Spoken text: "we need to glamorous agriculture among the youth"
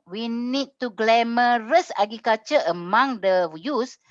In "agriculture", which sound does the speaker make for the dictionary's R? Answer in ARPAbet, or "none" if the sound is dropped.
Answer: none